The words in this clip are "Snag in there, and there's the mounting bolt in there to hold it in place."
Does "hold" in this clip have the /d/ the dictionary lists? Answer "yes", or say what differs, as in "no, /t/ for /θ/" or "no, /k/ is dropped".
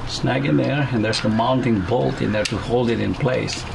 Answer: yes